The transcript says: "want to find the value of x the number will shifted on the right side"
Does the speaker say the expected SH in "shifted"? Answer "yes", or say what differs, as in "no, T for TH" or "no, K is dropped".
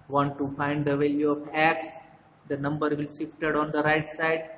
no, S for SH